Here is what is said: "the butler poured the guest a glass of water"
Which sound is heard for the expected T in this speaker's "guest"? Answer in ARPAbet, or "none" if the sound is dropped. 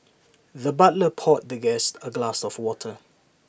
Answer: T